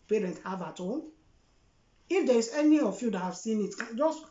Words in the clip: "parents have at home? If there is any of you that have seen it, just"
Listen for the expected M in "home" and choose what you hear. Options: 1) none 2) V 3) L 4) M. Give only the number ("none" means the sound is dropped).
1